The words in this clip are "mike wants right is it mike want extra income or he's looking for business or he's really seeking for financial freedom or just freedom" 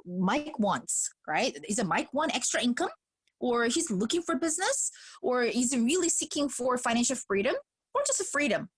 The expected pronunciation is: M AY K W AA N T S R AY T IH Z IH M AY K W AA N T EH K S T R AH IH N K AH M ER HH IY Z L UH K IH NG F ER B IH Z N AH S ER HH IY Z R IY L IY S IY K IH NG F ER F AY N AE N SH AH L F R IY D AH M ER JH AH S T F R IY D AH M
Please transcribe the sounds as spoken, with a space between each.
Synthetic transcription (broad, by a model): M AY K W AA N T S R AY T IH Z IH M AY K W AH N EH K S T R AH IH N K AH M ER HH IY Z L UH K IH NG F ER B IH Z N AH S ER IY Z R IY L IY S IY K IH NG F ER F AY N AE N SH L F R IY D AH M ER JH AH S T F R IY D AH M